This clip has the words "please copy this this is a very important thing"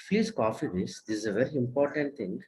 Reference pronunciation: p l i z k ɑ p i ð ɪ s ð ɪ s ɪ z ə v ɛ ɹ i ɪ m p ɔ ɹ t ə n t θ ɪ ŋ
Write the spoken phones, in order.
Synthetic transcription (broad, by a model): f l i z k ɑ f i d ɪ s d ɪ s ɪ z ə v ɛ ɹ i ɪ m p ɔ ɹ t ə n t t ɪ ŋ